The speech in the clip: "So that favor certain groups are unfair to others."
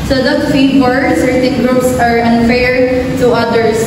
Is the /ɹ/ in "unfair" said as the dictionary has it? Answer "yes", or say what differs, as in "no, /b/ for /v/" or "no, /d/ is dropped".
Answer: yes